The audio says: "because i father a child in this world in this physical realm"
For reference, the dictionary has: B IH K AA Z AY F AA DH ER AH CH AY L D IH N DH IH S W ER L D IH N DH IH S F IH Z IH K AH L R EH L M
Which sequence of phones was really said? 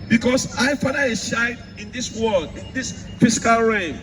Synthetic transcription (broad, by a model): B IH K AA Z AY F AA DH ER AH SH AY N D IH N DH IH S W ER L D IH N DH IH S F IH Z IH K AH L R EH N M